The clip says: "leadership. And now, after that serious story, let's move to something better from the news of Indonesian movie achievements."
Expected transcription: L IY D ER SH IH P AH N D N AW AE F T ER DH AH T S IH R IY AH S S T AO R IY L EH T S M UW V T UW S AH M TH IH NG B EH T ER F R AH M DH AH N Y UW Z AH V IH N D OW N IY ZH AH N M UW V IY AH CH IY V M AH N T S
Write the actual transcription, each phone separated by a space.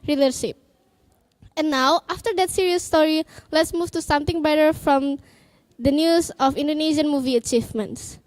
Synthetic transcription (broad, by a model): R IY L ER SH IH P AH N N AW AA F T ER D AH T S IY R IY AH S S T AO R IY L EH T S M UW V T UW S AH M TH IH NG B EH T ER F R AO M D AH N Y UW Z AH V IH N D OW N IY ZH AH N M UW V IY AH CH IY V M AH N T S